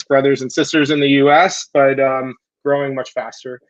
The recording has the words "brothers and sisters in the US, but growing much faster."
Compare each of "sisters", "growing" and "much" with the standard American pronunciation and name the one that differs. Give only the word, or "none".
none